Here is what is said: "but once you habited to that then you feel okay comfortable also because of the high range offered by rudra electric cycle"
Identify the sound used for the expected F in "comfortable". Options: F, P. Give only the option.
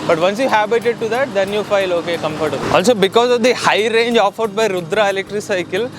P